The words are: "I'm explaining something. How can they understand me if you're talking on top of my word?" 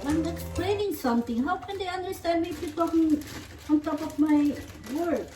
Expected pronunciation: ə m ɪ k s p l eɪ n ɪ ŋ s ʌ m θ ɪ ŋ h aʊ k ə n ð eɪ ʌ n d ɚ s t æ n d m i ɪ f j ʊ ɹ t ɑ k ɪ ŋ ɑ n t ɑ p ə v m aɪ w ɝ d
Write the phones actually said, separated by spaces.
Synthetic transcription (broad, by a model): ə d ɪ k s p l eɪ n ɪ ŋ s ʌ m t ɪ ŋ h aʊ k ə n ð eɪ ʌ n d ɚ s t æ n d m i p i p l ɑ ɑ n t ɑ p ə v m aɪ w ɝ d